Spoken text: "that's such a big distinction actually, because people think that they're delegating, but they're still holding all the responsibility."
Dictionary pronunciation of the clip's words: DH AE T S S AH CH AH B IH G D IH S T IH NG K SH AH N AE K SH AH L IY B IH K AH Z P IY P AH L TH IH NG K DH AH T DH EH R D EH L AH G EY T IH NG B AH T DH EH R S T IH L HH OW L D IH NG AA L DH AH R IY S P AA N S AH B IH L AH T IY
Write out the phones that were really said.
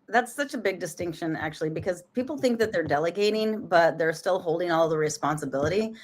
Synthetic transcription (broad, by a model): DH AE T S S AH CH AH B IH G D IH S T IH NG K SH AH N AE K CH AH L IY B IH K AH Z P IY P L TH IH NG K DH AH T DH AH R D EH L AH G EY T IH NG B AH T DH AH R S T IH L HH OW L D IH NG AA L DH AH R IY S P AA N S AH B IH L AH T IY